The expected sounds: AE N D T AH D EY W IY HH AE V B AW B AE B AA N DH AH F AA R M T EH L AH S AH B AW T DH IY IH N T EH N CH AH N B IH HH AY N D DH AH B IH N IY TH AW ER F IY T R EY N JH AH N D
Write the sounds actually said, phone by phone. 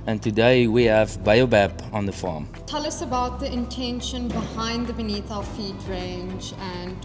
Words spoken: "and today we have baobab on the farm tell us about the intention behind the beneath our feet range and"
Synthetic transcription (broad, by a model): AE N T AH D EY W IY HH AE V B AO B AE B AA N DH AH F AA M T EH L AH S AH B AW T DH IY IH N T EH N SH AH N B IH HH AY N D DH AH B IH N IY TH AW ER F IY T R EY N JH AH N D